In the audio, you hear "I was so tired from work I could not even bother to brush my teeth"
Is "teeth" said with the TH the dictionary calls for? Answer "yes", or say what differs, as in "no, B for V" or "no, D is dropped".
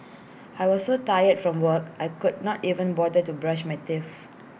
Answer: no, F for TH